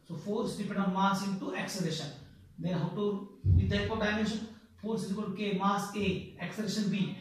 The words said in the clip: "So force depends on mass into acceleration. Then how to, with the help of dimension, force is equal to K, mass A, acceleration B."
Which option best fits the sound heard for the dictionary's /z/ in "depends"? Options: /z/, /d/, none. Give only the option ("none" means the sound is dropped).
none